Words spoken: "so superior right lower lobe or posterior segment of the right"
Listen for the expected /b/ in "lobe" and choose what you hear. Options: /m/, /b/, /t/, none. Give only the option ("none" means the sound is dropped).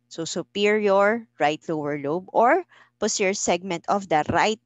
/b/